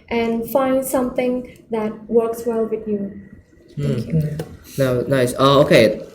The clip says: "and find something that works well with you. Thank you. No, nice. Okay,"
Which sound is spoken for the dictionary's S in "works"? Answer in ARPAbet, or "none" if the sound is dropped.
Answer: S